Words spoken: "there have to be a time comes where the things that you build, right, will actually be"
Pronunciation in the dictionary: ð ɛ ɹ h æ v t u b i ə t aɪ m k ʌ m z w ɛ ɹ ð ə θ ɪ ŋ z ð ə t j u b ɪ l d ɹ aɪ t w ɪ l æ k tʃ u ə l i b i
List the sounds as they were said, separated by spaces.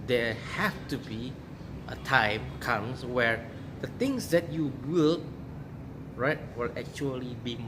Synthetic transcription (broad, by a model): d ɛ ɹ h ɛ f t u b i ə t aɪ m k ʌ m s w ɛ ɹ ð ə t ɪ ŋ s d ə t j u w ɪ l ɹ aɪ t w ɪ l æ k tʃ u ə l i b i